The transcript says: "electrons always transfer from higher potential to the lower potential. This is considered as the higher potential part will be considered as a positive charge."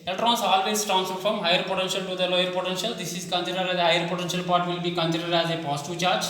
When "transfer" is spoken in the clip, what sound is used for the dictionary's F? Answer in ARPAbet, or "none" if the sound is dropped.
none